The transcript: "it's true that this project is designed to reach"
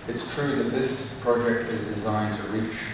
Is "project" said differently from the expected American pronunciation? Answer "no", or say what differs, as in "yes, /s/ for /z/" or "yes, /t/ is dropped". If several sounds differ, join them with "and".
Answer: no